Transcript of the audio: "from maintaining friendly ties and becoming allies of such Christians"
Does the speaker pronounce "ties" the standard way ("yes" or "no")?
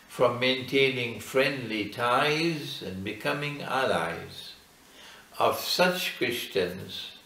yes